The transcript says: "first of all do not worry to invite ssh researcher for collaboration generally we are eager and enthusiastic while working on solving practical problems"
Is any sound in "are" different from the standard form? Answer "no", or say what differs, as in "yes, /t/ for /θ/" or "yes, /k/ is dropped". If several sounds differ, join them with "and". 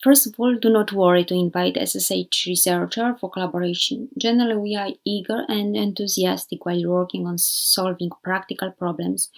no